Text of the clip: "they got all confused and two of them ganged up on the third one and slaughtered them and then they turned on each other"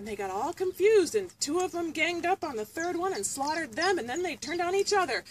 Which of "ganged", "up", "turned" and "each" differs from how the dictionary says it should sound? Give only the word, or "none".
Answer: none